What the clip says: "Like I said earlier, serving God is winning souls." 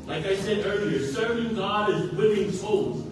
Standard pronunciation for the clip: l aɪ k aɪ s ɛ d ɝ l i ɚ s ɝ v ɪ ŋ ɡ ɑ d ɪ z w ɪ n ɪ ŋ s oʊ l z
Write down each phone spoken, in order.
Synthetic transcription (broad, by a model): l aɪ k aɪ s ɛ d ɝ l i ɚ s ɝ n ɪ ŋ ɡ ɑ d ɪ z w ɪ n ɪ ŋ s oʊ l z